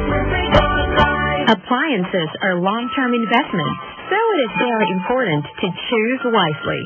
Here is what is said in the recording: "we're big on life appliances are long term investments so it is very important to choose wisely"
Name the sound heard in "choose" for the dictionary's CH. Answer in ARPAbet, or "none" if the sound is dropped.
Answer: CH